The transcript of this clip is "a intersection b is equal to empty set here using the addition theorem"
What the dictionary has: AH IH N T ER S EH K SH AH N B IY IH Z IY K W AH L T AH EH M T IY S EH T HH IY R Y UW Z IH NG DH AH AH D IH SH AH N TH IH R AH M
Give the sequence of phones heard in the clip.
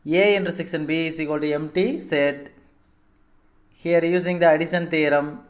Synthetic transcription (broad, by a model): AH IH N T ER S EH K S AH N B IY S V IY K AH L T EH M T IY S EH T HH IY R Y UW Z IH NG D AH AH D IH SH AH N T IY R AH M